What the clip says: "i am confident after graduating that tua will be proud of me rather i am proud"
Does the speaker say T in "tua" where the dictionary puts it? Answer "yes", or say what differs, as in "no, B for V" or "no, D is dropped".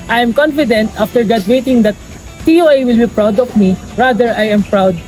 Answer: no, S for T